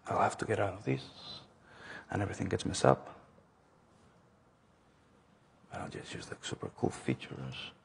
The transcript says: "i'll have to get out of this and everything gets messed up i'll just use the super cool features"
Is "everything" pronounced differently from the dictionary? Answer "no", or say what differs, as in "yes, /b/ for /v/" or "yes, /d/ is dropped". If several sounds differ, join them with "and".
no